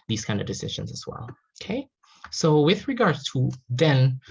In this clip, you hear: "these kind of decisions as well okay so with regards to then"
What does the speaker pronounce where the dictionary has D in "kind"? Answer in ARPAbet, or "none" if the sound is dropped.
D